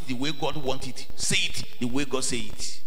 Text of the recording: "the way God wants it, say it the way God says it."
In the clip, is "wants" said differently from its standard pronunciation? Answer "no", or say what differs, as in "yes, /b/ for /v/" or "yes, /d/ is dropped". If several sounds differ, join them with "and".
yes, /s/ is dropped